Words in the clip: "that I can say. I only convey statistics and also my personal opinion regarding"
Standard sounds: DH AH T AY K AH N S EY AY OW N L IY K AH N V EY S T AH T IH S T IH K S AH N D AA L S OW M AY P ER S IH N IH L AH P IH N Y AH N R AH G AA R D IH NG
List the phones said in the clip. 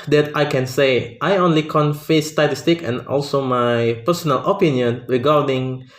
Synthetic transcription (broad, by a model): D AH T AY K AH N S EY AY OW N L IY K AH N F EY S T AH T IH S T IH K AH N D AA L S OW M AY P ER S IH N IH L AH P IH N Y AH N R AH G AA R D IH NG